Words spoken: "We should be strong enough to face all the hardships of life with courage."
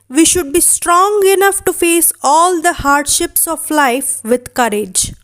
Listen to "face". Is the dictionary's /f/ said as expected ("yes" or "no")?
yes